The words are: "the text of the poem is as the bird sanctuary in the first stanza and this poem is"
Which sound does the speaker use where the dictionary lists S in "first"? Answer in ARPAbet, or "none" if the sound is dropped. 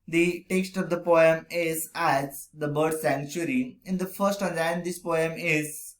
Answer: none